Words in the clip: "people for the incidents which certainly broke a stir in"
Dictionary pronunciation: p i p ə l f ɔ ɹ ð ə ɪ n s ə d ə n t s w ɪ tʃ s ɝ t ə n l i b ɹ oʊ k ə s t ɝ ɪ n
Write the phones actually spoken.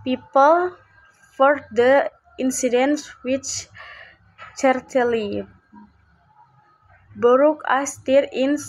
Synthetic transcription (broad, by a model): p i p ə l f ɔ ɹ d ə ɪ n s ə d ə n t s w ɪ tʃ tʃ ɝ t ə l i b ɹ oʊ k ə s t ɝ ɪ n